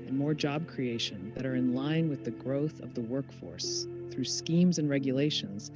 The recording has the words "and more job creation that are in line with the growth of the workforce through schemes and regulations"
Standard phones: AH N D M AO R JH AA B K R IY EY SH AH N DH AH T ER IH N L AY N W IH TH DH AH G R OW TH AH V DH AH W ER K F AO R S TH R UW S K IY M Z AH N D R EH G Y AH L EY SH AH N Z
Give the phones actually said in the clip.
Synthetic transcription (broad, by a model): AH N M AO R JH AA B K R IY EY SH AH N DH AH T ER IH N L AY N W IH DH AH G R OW TH AH V DH AH W ER K F AO R S TH R UW S K IY M Z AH N R EH G Y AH L EY SH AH N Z